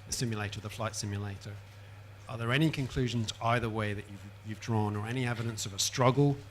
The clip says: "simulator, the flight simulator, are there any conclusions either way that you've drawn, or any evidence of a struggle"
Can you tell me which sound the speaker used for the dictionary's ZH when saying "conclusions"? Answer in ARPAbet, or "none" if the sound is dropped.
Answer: ZH